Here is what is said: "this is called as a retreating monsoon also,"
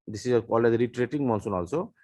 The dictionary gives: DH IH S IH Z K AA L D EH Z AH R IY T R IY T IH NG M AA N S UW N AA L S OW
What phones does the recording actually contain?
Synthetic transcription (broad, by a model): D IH S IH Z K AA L EH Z R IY T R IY T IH NG M AA N S UW N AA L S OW